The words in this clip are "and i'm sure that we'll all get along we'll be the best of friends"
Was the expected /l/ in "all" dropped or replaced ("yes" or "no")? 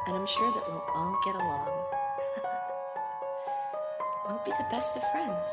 yes